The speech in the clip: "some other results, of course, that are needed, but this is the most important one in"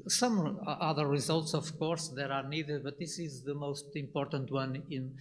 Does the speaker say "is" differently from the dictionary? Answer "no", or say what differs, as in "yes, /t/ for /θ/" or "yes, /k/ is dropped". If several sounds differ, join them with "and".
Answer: no